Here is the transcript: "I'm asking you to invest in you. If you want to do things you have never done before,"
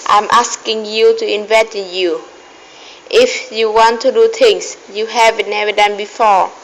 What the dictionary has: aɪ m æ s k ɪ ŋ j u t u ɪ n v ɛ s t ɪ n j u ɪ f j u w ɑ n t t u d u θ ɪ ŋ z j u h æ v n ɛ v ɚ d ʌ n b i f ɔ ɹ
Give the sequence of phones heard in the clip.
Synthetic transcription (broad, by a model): aɪ m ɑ s k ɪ ŋ j u t u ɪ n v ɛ t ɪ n j u ɪ f j u w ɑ n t t u d u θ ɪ ŋ s j u h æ v n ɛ v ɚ d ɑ n b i f ɔ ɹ